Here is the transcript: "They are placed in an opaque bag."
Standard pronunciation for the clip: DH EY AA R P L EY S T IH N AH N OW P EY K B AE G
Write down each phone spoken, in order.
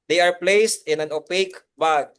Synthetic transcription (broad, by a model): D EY AA R P L EY S T IH N AH N OW P EY K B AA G